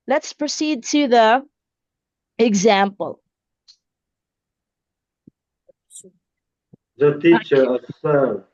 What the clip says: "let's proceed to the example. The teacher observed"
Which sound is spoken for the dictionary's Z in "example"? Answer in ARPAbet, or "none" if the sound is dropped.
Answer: Z